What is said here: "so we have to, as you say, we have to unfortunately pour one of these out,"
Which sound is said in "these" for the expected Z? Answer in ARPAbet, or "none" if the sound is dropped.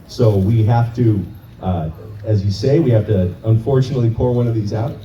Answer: Z